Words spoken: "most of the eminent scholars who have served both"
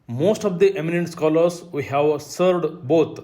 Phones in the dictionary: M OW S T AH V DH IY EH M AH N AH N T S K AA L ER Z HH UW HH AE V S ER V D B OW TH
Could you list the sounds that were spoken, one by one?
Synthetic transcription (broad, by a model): M OW S T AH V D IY EH M AH N AH N T S K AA L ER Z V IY HH AE V S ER D B OW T